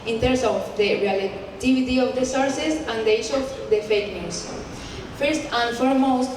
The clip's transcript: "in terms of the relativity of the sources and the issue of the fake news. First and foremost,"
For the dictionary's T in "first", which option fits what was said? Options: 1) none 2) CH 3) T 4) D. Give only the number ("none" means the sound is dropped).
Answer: 3